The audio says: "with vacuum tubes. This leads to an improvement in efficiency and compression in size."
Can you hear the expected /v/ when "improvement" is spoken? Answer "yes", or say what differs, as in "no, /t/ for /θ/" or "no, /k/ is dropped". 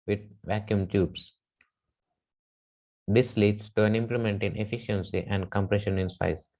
no, /v/ is dropped